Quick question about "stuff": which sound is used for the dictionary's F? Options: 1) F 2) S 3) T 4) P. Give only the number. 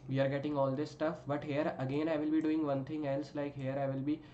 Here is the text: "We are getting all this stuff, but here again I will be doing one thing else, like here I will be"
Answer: 1